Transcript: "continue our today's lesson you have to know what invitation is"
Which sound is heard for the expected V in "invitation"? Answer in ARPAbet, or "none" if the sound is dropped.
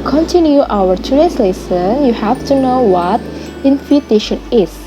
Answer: F